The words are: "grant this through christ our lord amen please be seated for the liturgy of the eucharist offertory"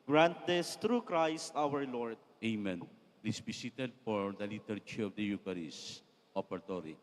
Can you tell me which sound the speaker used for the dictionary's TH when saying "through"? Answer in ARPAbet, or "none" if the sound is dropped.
T